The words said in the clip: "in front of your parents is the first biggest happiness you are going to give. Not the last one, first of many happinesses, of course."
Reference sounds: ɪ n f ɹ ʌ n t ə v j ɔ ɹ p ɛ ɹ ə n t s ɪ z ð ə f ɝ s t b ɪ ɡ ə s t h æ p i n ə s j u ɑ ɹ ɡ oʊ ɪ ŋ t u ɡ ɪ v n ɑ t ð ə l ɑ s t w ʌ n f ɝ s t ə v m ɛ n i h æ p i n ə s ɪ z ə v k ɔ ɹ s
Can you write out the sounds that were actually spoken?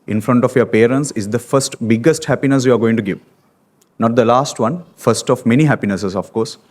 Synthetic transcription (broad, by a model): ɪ n f ɹ ʌ n t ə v j ɔ ɹ p ɛ ɹ ə n t s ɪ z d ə f ɝ s t b ɪ ɡ ə s t h æ p i n ə s j u ɑ ɹ ɡ oʊ ɪ ŋ t u ɡ ɪ v n ɑ t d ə l ɑ s t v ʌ n f ɝ s t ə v m ɛ n i h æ p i n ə s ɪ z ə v k ɔ ɹ s